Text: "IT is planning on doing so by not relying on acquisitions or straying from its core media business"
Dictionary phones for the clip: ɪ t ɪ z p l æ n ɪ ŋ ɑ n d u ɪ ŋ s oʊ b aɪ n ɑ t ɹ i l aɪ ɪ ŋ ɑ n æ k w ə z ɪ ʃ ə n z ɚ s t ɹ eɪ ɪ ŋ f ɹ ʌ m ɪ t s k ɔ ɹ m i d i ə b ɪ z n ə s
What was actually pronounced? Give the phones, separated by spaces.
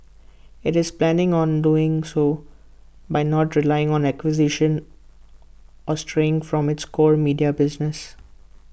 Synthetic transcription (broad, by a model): ɪ t ɪ z p l æ n ɪ ŋ ɑ n d u ɪ ŋ s oʊ b aɪ n ɑ t ɹ i l aɪ ɪ ŋ ɑ n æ k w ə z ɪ ʃ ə n ɔ s t ɹ eɪ ɪ ŋ f ɹ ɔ m ɪ t s k ɔ ɹ m i d i ə b ɪ z n ə s